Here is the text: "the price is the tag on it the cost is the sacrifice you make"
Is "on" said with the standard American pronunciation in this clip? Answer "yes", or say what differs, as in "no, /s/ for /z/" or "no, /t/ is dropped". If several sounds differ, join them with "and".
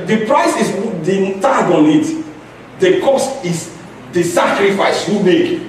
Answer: yes